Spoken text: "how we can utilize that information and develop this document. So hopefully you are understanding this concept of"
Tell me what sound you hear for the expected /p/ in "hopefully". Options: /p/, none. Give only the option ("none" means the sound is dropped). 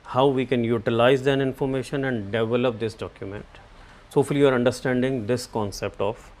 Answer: none